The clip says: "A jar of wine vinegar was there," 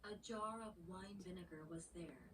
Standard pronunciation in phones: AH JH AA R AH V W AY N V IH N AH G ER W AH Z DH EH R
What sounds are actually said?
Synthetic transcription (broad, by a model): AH JH AA R AH V W AY N V IH N AH G ER W AH Z DH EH R